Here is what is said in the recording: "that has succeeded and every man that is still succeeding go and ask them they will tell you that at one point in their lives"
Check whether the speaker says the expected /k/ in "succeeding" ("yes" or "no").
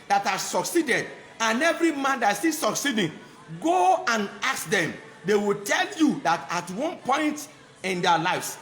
yes